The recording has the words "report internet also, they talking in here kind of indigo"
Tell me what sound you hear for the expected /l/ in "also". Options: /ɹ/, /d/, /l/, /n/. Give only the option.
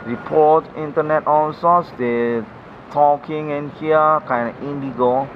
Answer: /n/